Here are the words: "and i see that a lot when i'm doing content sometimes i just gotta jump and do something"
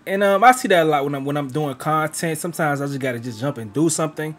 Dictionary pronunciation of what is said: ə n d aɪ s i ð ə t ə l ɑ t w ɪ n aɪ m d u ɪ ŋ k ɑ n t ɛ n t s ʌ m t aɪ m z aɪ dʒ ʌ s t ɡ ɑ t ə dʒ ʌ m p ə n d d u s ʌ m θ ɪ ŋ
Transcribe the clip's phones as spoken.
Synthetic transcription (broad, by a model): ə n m aɪ s i ð ə t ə l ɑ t w ɪ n aɪ m d u ɪ ŋ k ɑ n t ɛ n t s ʌ m t aɪ m z aɪ dʒ ʌ s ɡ ɑ t ə dʒ ʌ m p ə n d d u s ʌ m θ ɪ ŋ